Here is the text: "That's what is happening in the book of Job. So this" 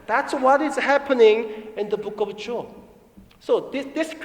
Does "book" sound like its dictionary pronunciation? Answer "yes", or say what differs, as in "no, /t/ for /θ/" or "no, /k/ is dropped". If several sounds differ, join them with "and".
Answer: yes